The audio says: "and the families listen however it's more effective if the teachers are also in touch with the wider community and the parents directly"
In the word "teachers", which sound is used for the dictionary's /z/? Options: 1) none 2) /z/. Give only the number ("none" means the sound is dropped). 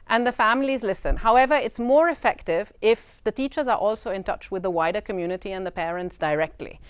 2